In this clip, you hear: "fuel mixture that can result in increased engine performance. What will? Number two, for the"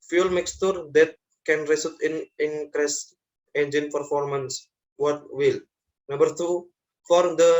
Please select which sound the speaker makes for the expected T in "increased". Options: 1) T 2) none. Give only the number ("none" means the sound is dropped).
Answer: 2